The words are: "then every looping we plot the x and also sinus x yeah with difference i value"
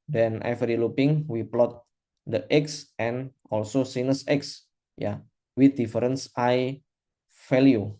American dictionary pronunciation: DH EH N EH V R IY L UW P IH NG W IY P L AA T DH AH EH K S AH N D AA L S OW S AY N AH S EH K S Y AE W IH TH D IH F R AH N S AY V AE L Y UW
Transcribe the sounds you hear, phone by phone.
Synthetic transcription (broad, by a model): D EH N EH F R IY L UW P IH NG W IY P L AA T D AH EH K S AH N AA L S OW S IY N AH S EH K S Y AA W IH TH D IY F R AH N S AY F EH L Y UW